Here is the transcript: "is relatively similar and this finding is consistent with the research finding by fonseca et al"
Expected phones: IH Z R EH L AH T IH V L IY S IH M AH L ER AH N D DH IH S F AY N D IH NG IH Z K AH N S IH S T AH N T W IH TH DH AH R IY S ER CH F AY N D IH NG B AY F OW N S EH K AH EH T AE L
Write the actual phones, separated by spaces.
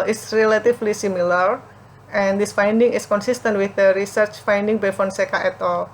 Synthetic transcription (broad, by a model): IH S R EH L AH T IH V L IY S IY M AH L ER AH N D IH S F AY N D IH NG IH S K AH N S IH S T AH N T W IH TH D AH R IY S ER CH F AY N D IH NG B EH F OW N S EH K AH EH T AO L